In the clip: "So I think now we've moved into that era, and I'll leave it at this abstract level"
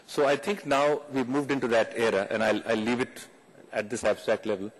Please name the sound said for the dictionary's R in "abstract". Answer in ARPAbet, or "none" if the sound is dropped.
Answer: R